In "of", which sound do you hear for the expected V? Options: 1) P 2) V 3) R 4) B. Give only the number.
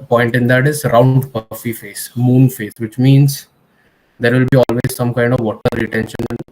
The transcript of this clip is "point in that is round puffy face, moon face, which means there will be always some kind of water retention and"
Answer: 2